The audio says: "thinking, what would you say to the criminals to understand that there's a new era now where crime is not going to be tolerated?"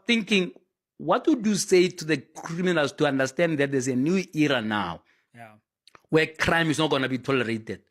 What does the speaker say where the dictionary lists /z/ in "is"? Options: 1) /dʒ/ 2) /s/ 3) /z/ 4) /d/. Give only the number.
2